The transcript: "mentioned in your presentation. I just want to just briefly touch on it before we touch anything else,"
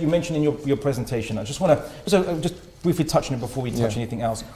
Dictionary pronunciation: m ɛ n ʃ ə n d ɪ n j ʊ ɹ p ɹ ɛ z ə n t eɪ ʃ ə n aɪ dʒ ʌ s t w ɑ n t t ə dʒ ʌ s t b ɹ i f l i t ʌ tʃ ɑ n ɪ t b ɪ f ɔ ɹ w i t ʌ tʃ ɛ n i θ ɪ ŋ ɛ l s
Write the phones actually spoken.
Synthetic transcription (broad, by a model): m ɛ n ʃ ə n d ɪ n j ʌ ɹ p ɹ ɛ z ə n t eɪ ʃ ə n aɪ dʒ ʌ s t w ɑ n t s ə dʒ ʌ s b ɹ i f l i t ʌ tʃ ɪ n ɪ t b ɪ f ɔ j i t ʌ tʃ ɛ n i θ ɪ ŋ ɛ l s